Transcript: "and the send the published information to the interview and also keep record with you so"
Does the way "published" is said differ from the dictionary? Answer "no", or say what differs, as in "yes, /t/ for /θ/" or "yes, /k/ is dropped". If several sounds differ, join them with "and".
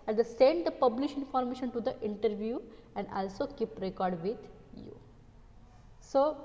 yes, /t/ is dropped